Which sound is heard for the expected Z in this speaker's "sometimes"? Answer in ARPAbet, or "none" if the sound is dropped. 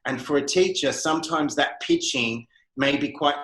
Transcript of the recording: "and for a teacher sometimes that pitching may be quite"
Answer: Z